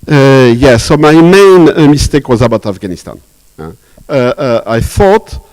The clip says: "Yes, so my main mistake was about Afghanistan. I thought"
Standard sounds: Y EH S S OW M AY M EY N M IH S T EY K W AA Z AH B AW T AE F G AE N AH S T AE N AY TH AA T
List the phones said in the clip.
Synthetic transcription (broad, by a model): Y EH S S OW M AY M EY N M IH S T EY K W AA Z AH B AW T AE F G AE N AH S T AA N AY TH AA T